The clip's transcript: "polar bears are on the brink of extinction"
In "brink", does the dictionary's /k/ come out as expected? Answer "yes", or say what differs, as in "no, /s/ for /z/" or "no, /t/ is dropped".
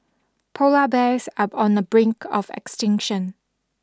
yes